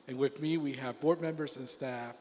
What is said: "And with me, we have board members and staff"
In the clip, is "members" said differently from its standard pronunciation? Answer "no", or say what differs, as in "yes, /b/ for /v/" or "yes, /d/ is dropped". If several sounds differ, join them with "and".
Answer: no